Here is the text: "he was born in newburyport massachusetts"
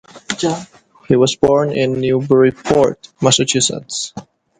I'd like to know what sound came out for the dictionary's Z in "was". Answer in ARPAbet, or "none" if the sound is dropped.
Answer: S